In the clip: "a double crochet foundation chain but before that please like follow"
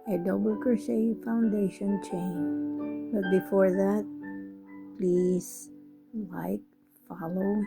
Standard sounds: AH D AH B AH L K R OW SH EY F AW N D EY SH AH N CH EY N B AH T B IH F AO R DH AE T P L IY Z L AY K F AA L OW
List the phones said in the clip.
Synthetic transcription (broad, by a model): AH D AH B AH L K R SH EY F AW N D EY SH AH N CH EY N B AH T B IH F AO R DH AE T P L IY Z L AY K F AA L OW